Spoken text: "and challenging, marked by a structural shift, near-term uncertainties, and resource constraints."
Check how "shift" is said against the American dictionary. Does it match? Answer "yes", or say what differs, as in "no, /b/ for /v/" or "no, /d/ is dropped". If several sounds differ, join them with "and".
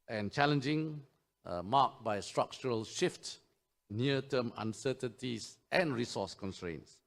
yes